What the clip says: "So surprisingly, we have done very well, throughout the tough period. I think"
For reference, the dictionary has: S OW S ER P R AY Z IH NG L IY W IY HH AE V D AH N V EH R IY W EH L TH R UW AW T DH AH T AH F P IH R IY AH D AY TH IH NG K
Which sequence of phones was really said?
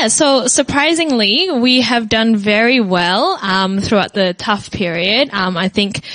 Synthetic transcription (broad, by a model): S OW S ER P R AY Z IH NG L IY W IY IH V D AH N V EH R IY W EH L TH R UW AW T DH AH T AH F P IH R IY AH D AY TH IH NG K